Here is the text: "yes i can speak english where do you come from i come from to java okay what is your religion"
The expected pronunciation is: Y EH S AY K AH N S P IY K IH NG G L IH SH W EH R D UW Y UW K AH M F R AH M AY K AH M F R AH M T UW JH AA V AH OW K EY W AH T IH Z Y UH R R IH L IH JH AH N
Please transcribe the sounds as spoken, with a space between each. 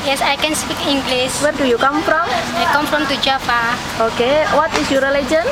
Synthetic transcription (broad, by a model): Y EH S AY K AH N S P IY K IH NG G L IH S W EH R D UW Y UW K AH M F R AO M AY K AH M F R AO M T UW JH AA F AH OW K EY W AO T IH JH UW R R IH L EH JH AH N